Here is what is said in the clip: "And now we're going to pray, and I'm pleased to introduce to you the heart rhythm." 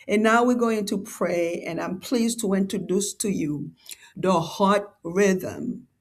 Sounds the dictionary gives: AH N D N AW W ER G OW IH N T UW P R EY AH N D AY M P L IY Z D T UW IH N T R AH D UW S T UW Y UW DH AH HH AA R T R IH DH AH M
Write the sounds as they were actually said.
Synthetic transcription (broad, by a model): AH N N AW W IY G OW IH N T UW P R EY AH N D AY M P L IY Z T UW IH N T R AH D UW S T UW Y UW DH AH HH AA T R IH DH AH M